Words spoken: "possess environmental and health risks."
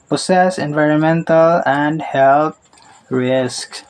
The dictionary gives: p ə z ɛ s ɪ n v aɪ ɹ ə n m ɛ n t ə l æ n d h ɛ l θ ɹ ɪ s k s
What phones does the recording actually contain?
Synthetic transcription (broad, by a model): p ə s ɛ s ɪ n v aɪ ɹ ə n m ɛ n t ə l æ n d h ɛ l t ɹ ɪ s k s